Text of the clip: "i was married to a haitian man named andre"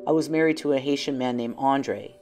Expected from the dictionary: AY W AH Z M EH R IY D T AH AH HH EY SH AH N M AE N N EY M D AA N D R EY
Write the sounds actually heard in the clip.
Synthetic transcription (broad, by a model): AY W AH Z M EH R IY D T AH AH HH EY SH AH N M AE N N EY M AA N D R EY